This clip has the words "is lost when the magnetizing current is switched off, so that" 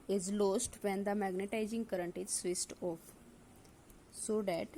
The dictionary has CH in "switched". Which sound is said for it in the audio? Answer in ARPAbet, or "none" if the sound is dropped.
S